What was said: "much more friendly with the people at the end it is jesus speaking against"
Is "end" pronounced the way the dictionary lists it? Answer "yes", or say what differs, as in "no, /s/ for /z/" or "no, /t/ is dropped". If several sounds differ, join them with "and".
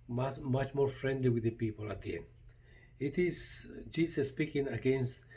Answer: no, /d/ is dropped